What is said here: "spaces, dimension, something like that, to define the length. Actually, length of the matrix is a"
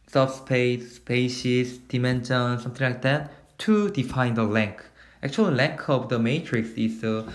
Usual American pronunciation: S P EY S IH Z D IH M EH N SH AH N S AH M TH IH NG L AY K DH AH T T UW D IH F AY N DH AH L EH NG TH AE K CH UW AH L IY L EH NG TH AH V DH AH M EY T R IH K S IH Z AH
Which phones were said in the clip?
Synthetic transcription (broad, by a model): S P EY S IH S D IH M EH N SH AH N S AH M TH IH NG L AY K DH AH T T UW D IH F AY N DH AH L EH NG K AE K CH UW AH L L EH NG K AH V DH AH M EY T R IH K S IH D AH